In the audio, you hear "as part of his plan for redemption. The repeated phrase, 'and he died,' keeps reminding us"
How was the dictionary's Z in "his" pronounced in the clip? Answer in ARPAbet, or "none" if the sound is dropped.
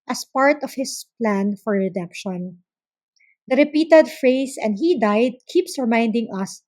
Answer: S